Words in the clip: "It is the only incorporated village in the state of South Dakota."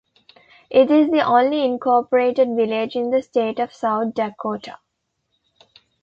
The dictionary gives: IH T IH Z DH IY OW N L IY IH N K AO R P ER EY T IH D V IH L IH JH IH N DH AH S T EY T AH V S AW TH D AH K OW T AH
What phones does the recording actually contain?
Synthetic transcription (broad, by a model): IH T IH Z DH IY OW N L IY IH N K AO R P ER EY T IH D V IH L IH JH IH N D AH S T EY T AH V S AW T D AH K OW T AH